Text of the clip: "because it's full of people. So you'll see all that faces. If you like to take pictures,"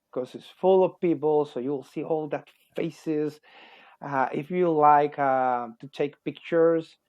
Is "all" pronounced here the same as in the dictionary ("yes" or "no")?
yes